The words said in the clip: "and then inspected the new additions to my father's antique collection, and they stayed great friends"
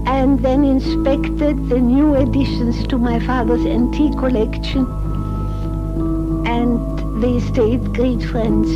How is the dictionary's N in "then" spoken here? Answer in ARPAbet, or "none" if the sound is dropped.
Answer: N